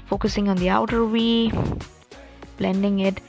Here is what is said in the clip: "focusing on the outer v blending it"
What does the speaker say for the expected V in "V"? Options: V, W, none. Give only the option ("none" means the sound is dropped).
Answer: W